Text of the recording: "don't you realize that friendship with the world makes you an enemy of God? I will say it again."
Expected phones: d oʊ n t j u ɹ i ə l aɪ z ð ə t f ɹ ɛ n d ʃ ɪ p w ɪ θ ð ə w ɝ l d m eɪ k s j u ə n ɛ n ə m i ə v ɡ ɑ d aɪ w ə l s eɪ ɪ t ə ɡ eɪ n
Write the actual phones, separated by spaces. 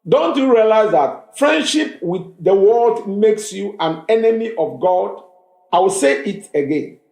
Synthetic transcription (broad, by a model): d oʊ n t j u ɹ i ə l aɪ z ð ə t f ɹ ɛ n d ʃ ɪ p w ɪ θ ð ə w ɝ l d m eɪ k s j u ə n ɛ n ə m i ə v ɡ ɑ d aɪ w ə l s eɪ ɪ t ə ɡ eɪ n